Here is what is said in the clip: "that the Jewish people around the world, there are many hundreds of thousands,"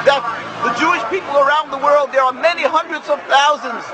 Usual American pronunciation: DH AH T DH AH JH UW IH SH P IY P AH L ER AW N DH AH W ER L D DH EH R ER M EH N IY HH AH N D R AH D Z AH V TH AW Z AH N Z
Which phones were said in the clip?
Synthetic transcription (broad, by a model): DH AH T DH AH JH UW IH SH P IY P L ER AW N DH AH W ER L D DH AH R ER M EH N IY HH AH N D R AH D Z AH V TH AW Z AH N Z